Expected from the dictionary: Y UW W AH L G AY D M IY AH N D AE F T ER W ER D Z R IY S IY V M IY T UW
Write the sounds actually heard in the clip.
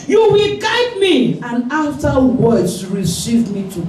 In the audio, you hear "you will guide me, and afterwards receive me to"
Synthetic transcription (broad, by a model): Y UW W AH L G AY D M IY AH N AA F T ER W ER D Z R IY S IY V M IY T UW